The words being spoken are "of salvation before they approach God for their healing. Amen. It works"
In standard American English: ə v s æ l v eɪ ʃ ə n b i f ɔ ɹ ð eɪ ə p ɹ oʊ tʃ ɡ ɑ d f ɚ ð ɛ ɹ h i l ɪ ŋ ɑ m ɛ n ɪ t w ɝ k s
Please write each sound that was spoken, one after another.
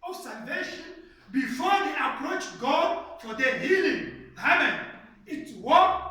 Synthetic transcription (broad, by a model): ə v s æ l v eɪ ʃ ə n b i f ɔ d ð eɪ ə p ɹ oʊ tʃ ɡ ɑ d f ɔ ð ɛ h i l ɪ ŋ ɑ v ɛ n ɪ t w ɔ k